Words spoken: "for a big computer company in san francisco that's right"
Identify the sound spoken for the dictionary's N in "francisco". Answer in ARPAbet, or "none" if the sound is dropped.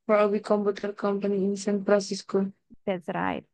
none